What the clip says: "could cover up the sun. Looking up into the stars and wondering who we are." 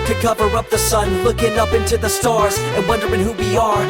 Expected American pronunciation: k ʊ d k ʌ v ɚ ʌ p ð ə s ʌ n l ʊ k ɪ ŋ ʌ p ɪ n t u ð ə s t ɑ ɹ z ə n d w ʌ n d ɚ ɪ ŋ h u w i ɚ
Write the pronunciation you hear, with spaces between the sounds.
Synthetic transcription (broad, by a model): k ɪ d k ʌ v ɚ ʌ p ð ə s ʌ n l ʊ k ɪ ŋ ʌ p ɪ n t u ð ə s t ɑ ɹ z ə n w ʌ n d ɚ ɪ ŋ h u w i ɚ